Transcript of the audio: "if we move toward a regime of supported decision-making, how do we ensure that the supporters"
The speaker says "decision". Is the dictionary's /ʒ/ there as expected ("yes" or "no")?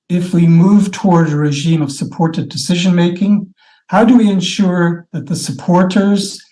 yes